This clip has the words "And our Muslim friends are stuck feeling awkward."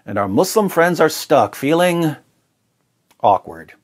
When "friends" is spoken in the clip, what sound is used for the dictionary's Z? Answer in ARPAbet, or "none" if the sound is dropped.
Z